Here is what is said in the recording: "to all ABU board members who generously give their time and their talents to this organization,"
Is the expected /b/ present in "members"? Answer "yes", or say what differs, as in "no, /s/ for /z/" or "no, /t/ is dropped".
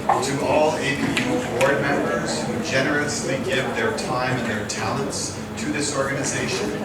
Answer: yes